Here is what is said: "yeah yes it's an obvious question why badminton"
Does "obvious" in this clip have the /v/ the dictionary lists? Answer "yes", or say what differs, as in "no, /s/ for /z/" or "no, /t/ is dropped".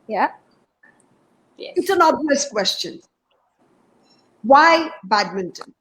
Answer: no, /v/ is dropped